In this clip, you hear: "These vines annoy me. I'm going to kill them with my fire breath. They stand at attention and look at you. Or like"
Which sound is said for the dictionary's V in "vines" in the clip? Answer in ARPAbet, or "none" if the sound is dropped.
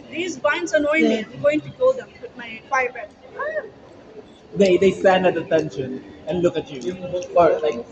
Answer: B